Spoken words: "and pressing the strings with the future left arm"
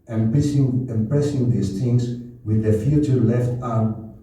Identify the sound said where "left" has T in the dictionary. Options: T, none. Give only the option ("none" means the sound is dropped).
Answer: T